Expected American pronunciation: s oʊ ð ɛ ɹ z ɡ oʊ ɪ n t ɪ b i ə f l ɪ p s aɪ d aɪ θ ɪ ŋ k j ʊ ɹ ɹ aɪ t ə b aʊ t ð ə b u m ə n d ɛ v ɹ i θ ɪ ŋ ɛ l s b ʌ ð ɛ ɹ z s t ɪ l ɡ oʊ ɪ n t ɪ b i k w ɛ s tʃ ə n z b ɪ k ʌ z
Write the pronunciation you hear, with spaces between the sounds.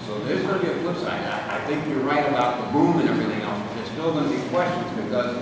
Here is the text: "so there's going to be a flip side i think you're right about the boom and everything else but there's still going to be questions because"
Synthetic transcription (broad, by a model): s oʊ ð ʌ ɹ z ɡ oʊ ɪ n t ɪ b i ə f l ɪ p s aɪ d aɪ θ ɪ ŋ k j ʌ ɹ ɹ aɪ t ə b aʊ t ð ə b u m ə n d ɛ v ɹ i θ ɪ ŋ ɛ l s b ʌ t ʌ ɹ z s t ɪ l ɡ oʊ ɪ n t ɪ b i k w ɛ s tʃ ə n z b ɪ k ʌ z